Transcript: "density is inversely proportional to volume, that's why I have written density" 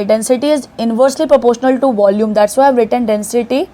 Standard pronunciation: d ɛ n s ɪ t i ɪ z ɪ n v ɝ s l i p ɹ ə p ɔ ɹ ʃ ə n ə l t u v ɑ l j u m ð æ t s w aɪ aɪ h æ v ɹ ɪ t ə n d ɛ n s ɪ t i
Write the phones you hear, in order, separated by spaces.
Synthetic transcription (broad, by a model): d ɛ n s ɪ t i ɪ z ɪ n v ɝ s l i p ɹ ə p ɔ ɹ ʃ ə n ə l t u v ɑ l j u m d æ t s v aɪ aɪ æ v ɹ ɪ t ə n d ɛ n s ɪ t i